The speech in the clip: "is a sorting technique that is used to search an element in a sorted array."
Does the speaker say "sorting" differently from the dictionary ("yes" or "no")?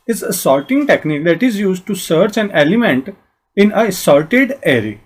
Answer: yes